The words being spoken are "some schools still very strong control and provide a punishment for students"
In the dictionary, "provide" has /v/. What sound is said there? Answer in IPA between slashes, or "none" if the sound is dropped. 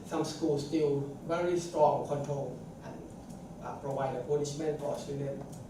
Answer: /w/